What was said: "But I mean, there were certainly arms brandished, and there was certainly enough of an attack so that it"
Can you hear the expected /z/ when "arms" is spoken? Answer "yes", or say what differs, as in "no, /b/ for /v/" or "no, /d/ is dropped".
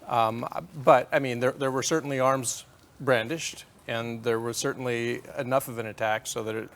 yes